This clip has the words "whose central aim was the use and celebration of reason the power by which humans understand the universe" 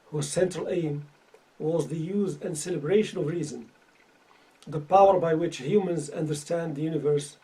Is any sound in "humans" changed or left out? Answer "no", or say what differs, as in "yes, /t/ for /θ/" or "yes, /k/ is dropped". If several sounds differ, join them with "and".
no